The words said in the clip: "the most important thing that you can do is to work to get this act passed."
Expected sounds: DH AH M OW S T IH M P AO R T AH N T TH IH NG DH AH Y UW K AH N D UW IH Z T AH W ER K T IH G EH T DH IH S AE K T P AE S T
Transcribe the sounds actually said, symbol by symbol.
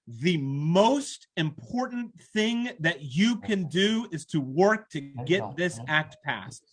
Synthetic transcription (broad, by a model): DH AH M OW S T IH M P AO R T N TH IH NG DH AH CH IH K AH N D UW IH Z T AH W ER K T IH G EH T DH IH S AE K T P AE S T